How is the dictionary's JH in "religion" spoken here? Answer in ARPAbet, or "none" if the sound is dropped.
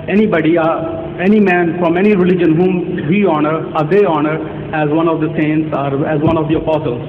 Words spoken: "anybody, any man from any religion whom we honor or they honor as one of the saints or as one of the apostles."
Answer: JH